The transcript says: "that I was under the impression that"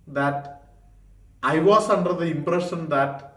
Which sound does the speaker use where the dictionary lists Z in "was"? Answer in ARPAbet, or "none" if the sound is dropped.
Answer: S